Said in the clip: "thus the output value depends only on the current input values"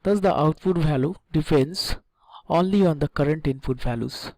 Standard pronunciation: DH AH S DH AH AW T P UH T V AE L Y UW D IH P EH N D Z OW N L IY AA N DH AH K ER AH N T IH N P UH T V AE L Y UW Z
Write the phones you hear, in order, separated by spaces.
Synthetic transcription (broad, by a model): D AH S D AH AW T F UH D V AE L Y UW D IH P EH N D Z OW N L IY AA N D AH K ER AH N T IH N F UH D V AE L Y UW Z